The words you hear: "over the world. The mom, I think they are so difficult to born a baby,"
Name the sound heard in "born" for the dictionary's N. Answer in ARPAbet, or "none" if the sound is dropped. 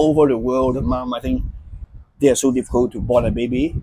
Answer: none